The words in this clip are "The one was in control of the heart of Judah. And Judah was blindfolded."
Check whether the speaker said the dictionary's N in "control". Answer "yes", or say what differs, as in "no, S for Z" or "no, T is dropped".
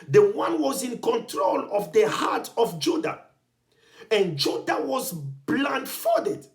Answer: yes